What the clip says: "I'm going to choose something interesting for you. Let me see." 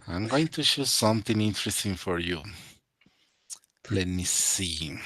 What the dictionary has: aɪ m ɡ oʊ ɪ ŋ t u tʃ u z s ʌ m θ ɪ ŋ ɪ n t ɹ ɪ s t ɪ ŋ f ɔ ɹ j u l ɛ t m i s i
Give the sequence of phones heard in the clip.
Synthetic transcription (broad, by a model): aɪ m ɡ oʊ ɪ ŋ t u ʃ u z s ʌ m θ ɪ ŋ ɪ n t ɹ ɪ s t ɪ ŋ f ɔ ɹ j u l ɛ t m i s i